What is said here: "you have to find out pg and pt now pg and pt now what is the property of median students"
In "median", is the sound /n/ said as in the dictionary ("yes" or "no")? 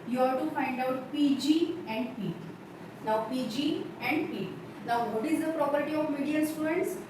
no